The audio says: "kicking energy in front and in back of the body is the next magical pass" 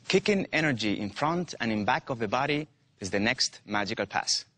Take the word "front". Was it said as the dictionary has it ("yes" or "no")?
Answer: yes